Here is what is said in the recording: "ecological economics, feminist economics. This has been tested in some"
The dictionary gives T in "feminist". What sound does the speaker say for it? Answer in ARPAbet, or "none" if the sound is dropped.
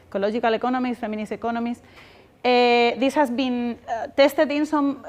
none